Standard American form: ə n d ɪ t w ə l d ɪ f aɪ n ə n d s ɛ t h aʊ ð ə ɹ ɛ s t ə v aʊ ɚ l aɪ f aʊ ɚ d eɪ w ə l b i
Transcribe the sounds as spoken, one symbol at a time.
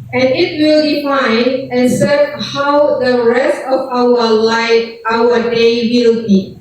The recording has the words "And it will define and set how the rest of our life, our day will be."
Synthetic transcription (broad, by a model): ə n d ɪ t w ə l d ɪ f aɪ n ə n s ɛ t h aʊ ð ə ɹ ɛ s t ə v aʊ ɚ l aɪ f aʊ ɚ d eɪ w ə l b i